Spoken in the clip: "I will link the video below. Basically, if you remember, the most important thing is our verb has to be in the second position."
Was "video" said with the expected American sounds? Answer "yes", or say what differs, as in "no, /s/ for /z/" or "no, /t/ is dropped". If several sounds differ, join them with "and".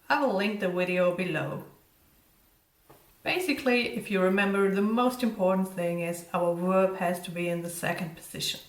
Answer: no, /w/ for /v/